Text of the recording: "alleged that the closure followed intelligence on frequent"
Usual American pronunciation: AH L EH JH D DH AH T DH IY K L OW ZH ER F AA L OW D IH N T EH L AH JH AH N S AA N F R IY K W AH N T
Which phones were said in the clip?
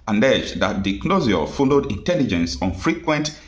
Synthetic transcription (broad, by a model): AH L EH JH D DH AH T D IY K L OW Z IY F AA L OW D IH N T EH L AH JH AH N S AA N F R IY K W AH N T